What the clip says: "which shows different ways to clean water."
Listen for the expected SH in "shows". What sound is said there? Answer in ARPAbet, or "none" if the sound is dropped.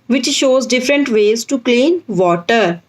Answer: SH